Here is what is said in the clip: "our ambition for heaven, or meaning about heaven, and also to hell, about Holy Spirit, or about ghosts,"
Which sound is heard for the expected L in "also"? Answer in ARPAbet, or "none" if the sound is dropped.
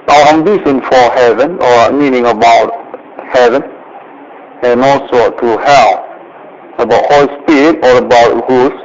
L